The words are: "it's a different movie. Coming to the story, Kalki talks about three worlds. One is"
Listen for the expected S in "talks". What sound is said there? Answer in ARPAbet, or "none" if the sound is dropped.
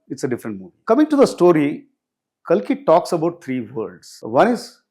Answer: S